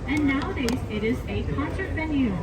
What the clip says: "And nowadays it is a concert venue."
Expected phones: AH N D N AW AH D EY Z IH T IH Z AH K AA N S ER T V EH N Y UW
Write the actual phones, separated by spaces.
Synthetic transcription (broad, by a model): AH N N AW AH D EY Z IH T IH Z AH K AA N S ER T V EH N Y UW